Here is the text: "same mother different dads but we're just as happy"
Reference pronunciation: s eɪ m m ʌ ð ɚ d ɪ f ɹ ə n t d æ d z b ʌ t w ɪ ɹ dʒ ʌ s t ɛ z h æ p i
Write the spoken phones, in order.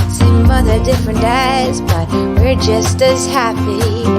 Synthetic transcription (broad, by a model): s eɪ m m ʌ ð ɚ d ɪ f ɹ ə n t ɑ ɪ z b ʌ t w ɪ ɹ dʒ ʌ s t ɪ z h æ p i